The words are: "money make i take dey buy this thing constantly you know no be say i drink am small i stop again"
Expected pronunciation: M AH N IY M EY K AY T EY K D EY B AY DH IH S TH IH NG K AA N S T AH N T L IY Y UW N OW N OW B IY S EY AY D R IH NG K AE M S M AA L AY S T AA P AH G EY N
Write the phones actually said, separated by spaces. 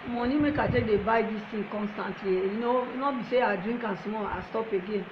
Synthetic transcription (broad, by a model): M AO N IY M EY K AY T EY K D EY B AY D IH S T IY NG K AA N S T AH N T L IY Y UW N OW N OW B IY S EY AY D R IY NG K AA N S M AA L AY S T AA P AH G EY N